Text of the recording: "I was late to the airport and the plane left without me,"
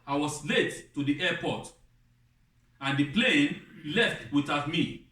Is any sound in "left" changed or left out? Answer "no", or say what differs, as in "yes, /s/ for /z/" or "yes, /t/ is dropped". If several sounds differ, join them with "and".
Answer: no